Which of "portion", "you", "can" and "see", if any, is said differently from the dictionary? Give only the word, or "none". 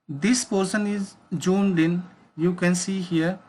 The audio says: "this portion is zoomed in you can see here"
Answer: portion